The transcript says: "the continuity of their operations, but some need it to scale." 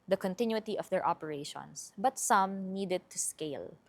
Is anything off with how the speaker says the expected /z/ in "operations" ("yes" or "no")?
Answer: yes